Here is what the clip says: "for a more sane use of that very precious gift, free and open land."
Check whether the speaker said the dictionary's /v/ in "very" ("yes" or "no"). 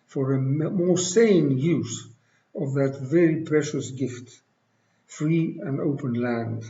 yes